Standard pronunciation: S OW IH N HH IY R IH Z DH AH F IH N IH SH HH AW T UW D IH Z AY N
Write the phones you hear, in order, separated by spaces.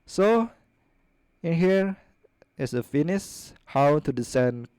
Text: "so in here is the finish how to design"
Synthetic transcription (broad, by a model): S OW IH N HH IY R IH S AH F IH N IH S HH AW T UW D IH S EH N